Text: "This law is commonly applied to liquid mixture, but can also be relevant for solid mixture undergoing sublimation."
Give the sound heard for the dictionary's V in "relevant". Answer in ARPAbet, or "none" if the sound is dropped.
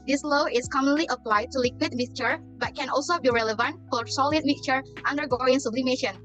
V